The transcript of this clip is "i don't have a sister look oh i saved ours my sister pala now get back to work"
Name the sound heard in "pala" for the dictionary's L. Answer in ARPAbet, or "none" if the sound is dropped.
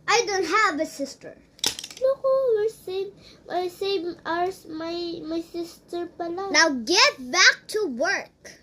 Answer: L